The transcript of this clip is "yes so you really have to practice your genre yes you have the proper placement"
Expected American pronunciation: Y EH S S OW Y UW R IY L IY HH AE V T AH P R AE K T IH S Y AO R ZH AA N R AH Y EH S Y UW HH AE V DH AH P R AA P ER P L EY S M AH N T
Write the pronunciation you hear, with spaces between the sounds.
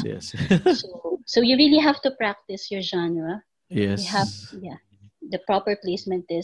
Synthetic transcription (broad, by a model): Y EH S S OW Y UW R IY L IY HH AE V T AH P R AE K T IH S Y AO R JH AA N AH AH Y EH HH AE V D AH P R AA P ER P L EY S M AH N T